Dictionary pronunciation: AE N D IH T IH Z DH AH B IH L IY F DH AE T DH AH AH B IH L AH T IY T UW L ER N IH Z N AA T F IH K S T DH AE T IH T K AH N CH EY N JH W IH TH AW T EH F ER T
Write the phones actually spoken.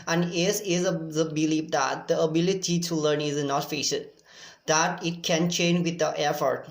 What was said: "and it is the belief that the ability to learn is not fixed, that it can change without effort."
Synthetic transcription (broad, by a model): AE N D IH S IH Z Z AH B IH L IY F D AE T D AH AH B IH L AH T IY T UW L ER N IH Z N AA T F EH S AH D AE T IH T K AH N CH EY N JH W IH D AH T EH F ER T